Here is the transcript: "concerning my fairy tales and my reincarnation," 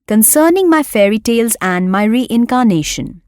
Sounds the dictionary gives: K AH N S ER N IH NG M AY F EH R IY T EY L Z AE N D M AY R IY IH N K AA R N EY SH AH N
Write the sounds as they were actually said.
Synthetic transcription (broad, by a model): K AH N S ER N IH NG M AY F EH R IY T EY L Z AE N D M AY R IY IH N K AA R N EY SH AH N